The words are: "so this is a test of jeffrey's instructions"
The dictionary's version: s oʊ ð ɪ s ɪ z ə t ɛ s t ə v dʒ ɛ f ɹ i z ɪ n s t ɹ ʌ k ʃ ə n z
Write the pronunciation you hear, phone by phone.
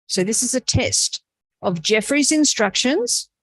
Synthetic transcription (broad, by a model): s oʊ ð ɪ s ɪ z ə t ɛ s t ə v dʒ ɛ f ɹ i z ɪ n s t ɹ ʌ k ʃ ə n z